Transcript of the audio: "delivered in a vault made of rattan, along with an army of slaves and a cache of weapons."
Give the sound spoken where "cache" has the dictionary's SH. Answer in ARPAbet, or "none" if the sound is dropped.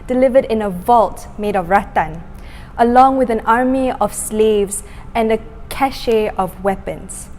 SH